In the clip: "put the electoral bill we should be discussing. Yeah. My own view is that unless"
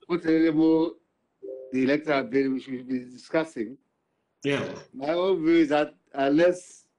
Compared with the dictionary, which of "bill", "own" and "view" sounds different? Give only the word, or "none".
bill